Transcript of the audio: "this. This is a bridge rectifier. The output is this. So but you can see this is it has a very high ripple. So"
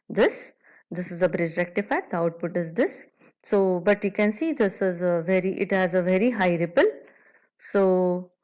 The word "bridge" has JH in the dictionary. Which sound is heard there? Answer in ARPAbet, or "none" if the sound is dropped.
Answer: JH